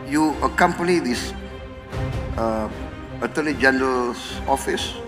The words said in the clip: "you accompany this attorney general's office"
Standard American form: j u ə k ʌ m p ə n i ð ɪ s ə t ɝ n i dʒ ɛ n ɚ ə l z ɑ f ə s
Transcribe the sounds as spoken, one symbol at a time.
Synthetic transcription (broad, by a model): j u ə k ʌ m p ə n i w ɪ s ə t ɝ l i dʒ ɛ n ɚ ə l s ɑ f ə s